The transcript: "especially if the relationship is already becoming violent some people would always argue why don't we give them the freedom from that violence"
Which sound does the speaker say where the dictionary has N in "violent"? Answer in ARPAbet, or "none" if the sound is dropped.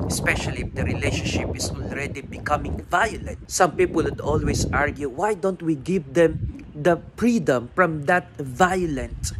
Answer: N